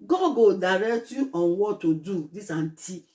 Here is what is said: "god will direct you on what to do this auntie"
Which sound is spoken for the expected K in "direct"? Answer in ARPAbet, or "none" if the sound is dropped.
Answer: none